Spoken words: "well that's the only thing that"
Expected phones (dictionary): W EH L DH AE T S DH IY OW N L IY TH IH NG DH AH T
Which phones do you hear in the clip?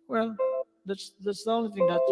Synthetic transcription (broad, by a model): W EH L DH AE T S DH IY OW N L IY TH IH NG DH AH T